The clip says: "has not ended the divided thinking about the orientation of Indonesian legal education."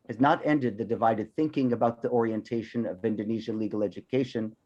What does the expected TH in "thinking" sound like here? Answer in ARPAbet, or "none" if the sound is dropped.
TH